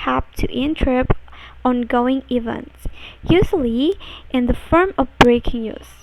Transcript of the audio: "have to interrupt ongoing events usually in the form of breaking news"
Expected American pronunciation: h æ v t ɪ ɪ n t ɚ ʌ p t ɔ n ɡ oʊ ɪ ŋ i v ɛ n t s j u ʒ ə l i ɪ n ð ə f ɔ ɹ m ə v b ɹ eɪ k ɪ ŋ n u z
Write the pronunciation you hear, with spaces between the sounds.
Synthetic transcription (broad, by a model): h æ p t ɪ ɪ n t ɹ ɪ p ɔ n ɡ oʊ ɪ ŋ i v ɛ n t s j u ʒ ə l i ɪ n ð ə f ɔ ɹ m ə v b ɹ eɪ k ɪ ŋ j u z